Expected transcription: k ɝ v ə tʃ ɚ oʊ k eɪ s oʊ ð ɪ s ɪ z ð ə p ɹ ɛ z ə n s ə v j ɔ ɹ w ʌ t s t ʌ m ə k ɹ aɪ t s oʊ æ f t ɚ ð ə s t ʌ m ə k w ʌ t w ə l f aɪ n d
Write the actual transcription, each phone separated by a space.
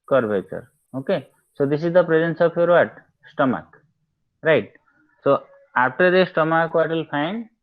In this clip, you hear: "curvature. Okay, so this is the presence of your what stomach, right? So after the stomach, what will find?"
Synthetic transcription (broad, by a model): k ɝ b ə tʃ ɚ oʊ k eɪ s oʊ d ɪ s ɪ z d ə p ɹ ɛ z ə n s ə p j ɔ ɹ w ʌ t s t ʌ m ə k ɹ aɪ t s oʊ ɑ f t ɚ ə s t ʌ m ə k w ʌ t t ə l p aɪ n d